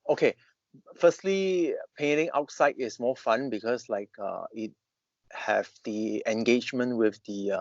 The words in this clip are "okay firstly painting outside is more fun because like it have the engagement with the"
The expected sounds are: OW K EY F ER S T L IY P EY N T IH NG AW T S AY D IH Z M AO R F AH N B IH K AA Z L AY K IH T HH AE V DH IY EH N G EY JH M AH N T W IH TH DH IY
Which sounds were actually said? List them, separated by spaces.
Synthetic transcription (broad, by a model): OW K EY F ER S T L IY P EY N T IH NG AW T S AY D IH S M AO F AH N B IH K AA S L AY K IH T HH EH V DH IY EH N G EY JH M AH N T W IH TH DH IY